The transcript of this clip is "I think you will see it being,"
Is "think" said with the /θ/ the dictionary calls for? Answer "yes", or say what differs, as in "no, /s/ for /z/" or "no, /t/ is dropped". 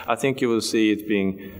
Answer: yes